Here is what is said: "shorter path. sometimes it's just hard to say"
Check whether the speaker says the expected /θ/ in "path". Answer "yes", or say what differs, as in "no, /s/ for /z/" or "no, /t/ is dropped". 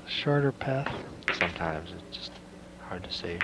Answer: yes